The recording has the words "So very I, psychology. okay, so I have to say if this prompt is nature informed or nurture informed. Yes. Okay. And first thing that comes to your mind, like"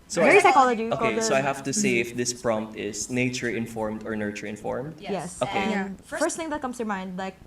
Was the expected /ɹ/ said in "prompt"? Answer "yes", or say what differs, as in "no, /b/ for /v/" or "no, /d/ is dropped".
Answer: yes